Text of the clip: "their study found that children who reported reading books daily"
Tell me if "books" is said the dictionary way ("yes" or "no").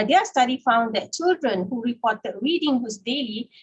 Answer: no